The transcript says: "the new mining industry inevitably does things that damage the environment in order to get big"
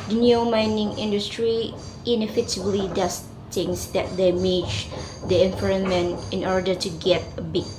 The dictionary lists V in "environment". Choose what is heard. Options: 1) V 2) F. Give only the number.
2